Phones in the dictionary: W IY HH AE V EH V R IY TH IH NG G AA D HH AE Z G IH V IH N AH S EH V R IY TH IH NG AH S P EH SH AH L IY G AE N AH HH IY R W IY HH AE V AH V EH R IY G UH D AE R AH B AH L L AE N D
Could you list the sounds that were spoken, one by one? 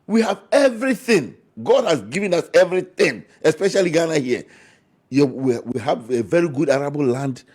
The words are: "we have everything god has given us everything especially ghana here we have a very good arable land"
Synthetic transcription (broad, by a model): W IY HH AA V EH V R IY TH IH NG G AA D HH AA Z G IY V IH N AH S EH V R IY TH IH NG AH S P EH SH AH L IY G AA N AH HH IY W W IY HH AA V AH V EH R IY G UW D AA R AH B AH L L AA N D